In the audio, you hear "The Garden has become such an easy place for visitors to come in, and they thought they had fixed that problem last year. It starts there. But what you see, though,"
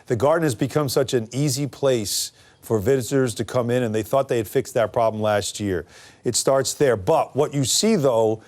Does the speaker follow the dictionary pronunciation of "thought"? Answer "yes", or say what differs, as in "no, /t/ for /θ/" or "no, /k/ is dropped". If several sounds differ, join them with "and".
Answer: yes